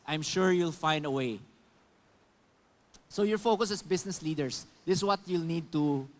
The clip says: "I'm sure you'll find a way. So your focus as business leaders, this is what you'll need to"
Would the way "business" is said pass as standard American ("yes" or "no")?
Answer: no